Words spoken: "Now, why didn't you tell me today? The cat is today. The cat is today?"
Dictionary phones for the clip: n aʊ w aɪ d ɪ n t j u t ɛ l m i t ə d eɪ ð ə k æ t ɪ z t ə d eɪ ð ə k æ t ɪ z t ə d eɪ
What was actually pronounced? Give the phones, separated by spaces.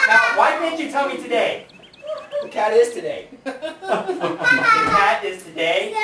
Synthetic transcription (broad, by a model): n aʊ w aɪ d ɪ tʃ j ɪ t ɛ l m i t ə d eɪ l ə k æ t ɪ z t ə d eɪ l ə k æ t ɪ z t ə d eɪ